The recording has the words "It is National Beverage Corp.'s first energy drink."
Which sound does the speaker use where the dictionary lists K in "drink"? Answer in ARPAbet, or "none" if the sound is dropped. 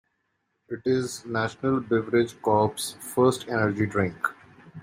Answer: K